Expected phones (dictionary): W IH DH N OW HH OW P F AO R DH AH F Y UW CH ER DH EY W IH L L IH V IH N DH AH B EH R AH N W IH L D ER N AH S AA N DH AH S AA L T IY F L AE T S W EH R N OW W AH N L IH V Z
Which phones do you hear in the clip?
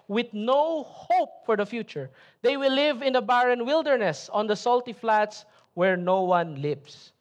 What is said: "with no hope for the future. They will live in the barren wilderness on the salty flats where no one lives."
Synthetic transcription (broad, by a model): W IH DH N OW HH OW P F AO R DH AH F Y UW CH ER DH EY W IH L L IH V IH N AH B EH R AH N W IH L D ER N AH S AA N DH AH S AA L T IY F L AE T S W EH R N OW W AH N L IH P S